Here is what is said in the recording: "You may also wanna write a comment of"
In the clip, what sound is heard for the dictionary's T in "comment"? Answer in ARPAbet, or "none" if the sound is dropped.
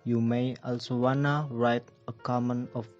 none